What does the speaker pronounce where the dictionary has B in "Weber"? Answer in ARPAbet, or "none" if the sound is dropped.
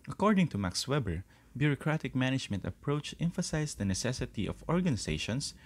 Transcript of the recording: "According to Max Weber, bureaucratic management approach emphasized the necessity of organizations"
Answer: B